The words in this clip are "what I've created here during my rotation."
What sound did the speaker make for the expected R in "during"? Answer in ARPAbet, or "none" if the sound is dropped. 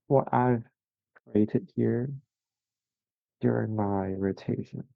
R